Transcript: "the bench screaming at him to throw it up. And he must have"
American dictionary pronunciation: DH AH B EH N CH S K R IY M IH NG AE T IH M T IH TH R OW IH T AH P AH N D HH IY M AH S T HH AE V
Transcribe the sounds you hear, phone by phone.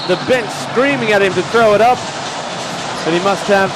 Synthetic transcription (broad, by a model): DH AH B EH N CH S K R IY M IH NG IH T IH M T IH TH R OW IH T AH P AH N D HH IY M AH S T HH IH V